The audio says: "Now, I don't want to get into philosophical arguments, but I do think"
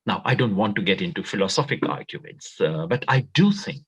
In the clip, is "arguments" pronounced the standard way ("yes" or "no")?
no